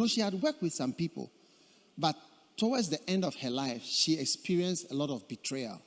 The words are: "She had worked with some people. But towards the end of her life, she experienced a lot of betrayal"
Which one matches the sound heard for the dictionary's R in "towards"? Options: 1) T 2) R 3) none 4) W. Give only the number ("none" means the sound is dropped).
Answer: 4